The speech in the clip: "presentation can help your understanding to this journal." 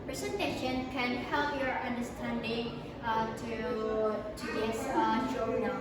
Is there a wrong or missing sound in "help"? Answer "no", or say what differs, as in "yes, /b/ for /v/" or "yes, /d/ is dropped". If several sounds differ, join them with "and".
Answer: no